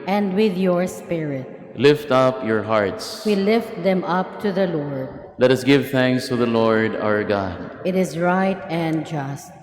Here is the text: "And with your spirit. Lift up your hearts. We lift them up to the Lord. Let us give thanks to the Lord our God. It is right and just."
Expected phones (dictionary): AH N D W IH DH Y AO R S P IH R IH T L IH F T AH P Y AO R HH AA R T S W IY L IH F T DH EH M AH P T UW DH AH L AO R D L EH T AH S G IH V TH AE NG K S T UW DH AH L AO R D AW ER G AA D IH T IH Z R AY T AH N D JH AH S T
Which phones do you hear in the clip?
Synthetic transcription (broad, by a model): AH N D W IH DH Y AO R S P IH R IH T L IH F T AH P Y AO R HH AA R T S W IY L IH F T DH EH M AH P T UW DH AH L AO R D L EH T AH S G IH V TH AE NG K S T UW DH AH L AO R D AW ER G AA D IH T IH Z R AY T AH N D JH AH S T